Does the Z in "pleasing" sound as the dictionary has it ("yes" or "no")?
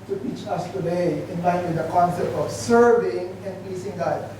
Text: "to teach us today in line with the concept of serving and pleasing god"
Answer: no